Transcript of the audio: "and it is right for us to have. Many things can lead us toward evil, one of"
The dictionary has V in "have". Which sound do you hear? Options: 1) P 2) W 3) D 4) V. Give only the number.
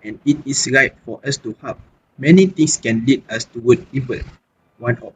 1